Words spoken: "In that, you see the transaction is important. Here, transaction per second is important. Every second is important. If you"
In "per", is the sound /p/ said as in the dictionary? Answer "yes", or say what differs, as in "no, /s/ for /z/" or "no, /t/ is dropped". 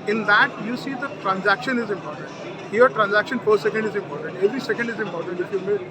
no, /f/ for /p/